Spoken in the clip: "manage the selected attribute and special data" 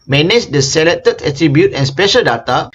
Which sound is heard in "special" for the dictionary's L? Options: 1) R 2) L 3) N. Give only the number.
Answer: 2